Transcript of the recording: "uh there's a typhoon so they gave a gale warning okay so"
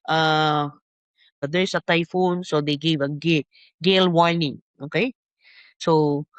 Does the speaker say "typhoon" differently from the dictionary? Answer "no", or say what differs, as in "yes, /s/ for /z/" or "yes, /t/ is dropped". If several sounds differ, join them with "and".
no